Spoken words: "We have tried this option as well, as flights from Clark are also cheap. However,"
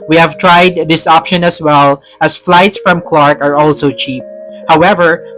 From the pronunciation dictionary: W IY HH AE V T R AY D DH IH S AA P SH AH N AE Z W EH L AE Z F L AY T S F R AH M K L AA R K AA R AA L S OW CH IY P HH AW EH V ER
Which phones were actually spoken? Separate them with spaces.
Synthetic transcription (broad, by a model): W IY HH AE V T R AY D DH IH S AA P SH AH N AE S W EH L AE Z F L AY T S F R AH M K L AA R K AA R AA L S OW CH IY P HH AW EH V ER